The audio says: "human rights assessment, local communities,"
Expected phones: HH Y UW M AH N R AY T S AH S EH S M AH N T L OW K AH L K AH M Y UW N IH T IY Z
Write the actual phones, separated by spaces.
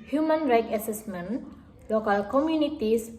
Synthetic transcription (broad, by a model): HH Y UW M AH N R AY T AH S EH S M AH N L OW K AH L K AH M Y UW N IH T IY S